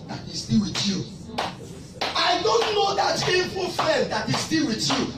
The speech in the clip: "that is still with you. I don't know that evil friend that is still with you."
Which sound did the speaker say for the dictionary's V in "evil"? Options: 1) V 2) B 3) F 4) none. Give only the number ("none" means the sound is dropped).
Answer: 3